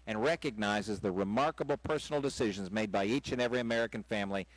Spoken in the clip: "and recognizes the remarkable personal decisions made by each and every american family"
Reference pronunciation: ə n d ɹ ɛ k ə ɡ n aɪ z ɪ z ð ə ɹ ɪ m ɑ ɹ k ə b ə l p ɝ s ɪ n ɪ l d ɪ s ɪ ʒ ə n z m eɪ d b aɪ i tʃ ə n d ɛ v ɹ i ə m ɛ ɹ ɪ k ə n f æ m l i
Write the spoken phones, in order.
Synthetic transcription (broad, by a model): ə n ɹ ɛ k ə ɡ n aɪ z ɪ z ð ə ɹ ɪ m ɑ ɹ k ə b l p ɝ s n l d ɪ s ɪ ʒ ə n z m eɪ d b aɪ i tʃ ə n ɛ v ɹ i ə m ɛ ɹ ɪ k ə n f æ m l i